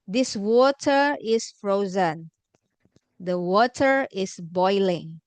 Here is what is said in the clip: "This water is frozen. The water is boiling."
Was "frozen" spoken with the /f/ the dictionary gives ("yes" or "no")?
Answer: yes